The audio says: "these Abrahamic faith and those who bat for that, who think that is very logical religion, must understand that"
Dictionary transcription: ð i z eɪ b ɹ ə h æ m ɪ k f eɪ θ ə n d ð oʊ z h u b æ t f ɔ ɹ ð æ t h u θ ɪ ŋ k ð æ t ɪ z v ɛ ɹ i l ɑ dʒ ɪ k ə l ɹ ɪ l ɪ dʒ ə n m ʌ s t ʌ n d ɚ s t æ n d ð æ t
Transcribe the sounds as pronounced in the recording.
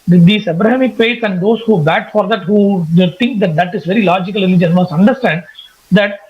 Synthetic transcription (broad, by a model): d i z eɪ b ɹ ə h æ m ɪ k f eɪ s ə n d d oʊ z h u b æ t f ɔ ɹ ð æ t h u t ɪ ŋ k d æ t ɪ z v ɛ ɹ i l ɑ dʒ ɪ k ə l ɹ ɪ l ɪ dʒ ə n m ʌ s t ʌ n d ɚ s t æ n d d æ t